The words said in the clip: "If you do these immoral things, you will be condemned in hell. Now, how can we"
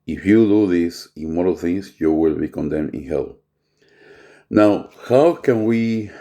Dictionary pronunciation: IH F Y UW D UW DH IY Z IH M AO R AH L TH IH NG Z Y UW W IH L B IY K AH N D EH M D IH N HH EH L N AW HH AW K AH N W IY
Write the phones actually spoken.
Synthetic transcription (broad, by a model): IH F Y UW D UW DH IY S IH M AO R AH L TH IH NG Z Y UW W IH L B IY K AH N D EH M D IH N HH EH L N AW HH AW K AH N W IY